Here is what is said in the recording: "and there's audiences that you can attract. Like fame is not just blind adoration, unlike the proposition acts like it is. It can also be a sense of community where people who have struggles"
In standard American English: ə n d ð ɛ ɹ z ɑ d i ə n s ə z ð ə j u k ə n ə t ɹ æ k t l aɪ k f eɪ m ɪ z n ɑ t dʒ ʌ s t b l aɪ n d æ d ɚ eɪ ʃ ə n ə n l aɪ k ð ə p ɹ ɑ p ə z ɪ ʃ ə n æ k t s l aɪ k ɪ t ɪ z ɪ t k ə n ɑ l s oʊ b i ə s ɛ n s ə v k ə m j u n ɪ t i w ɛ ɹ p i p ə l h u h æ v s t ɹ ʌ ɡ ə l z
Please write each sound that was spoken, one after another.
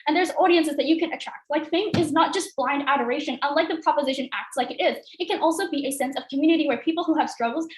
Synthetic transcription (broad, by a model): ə n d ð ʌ ɹ z ɑ d i ə n s ə z ð ə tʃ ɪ k ə n ə t ɹ æ k t l aɪ k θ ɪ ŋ ɪ z n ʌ t dʒ ʌ s t b l aɪ n d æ d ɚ eɪ ʃ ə n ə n l aɪ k ð ə p ɹ ɑ p ə z ɪ ʃ ə n æ k t s l aɪ k ɪ t ɪ z ɪ t k ə n ɑ l s oʊ b i ə s ɛ n s ə v k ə m j u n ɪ t i w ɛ ɹ p i p l h u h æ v s t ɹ ʌ ɡ l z